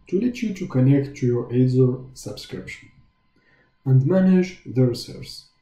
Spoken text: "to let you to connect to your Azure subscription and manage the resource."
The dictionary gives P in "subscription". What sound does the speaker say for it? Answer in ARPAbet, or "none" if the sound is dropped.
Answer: P